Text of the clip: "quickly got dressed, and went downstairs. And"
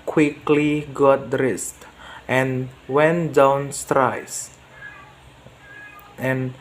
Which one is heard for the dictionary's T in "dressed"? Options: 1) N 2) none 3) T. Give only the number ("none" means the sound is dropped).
3